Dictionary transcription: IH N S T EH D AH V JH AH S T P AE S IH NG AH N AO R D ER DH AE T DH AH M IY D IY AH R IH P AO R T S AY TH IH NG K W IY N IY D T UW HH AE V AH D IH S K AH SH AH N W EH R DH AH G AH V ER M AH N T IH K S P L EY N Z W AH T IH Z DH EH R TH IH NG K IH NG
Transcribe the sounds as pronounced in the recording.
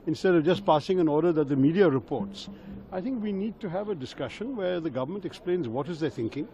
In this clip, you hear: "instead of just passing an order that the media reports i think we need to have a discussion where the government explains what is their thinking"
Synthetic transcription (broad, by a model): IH N S T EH D AH V JH AH S T P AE S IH NG AH N AO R D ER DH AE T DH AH M IY D IY AH R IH P AO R T S AY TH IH NG K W IY N IY D T UW HH AE V AH D IH S K AH SH AH N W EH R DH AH G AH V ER M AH N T IH K S P L EY N Z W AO T IH Z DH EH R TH IH NG K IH NG